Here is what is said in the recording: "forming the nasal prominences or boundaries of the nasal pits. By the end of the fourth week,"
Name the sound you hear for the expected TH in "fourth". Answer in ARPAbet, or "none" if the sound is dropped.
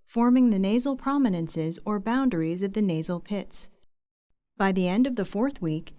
TH